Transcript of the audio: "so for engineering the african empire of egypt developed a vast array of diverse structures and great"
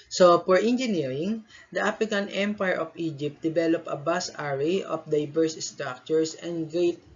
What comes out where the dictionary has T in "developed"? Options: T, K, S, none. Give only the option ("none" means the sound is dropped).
none